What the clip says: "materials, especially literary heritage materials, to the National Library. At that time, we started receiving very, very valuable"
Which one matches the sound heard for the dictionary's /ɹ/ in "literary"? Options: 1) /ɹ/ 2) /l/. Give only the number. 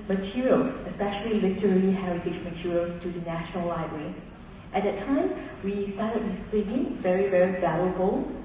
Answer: 2